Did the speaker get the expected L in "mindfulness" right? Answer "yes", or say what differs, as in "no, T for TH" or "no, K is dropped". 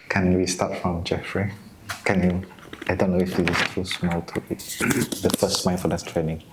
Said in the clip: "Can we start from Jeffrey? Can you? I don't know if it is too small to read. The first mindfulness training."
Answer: no, L is dropped